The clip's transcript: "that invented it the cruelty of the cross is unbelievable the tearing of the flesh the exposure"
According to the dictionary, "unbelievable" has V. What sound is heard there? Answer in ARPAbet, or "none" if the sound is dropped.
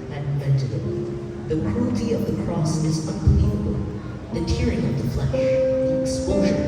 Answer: none